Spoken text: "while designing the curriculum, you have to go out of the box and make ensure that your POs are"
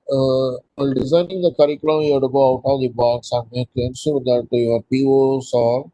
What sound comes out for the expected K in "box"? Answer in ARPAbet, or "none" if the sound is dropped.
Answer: none